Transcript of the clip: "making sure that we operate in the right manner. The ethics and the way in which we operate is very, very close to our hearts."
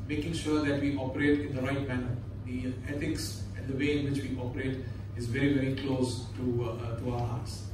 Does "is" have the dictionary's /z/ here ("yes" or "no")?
yes